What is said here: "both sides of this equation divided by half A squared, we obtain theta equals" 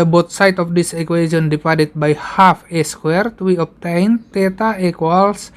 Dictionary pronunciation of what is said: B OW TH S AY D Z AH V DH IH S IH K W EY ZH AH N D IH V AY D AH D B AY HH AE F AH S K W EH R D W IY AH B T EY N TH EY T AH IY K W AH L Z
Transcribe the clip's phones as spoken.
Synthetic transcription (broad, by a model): B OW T S AY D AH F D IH S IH K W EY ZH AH N D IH P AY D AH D B AY HH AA F AH S K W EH R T W IY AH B T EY N T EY T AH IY K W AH L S